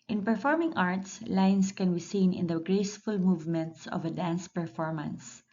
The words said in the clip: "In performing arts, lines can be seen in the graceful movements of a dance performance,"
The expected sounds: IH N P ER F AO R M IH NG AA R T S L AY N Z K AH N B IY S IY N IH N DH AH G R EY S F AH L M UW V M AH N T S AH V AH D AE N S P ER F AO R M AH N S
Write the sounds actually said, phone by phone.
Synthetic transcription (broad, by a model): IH N P ER F AO R M IH NG AA R T S L AY N S K AH N B IY S IY N IH N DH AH G R EY S F AH L M UW V M AH N T S AH V AH D AE N S P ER F AO R M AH N S